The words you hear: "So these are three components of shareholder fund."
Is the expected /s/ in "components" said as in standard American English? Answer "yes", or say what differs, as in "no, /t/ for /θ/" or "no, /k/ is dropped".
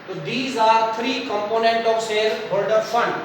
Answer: no, /s/ is dropped